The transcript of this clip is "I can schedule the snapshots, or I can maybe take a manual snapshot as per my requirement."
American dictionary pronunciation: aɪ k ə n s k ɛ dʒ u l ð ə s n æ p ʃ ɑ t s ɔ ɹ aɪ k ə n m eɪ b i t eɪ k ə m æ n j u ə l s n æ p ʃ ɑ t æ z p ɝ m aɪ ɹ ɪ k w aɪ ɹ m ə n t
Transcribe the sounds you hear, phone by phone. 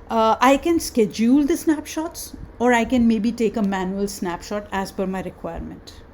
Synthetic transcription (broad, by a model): aɪ k ə n s k ɛ dʒ u l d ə s n æ p ʃ ɑ t s ɔ ɹ aɪ k ə n m eɪ b i t eɪ k ə m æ n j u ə l s n æ p ʃ ɑ t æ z f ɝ m aɪ ɹ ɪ k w aɪ ɹ m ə n t